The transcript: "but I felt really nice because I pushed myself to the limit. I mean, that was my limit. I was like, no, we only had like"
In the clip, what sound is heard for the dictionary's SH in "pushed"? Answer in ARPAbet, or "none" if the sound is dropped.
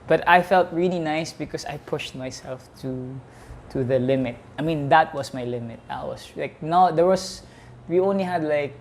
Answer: SH